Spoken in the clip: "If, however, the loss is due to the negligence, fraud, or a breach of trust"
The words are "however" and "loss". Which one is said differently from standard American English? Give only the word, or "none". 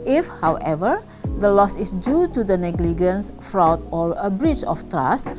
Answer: none